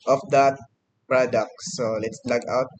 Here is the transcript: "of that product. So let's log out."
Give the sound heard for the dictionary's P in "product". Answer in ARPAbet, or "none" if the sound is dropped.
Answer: P